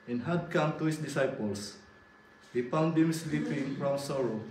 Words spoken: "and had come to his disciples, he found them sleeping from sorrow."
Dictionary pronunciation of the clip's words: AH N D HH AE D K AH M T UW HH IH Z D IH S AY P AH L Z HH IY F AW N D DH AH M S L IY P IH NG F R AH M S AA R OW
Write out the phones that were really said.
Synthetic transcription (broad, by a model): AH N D HH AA D K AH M T UW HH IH S D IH S AY P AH L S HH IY P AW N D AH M S L IY P IH NG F R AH M S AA R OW